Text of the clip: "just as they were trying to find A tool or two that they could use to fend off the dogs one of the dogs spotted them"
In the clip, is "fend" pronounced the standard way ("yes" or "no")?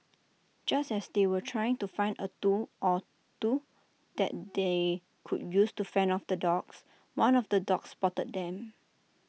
no